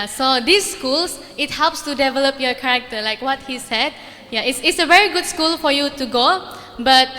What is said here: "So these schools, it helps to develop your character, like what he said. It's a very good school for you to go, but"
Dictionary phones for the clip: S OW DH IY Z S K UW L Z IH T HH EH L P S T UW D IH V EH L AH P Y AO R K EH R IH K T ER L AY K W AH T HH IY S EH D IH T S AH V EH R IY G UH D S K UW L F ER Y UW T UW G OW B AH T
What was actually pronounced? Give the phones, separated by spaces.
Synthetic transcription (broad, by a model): S OW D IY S K UW L S IH T HH EH L P S T UW D IH V EH L AH P Y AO K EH R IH K T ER L AY K W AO T HH IY S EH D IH T S AH V EH R IY G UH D S K UW L F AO Y UW T UW G OW B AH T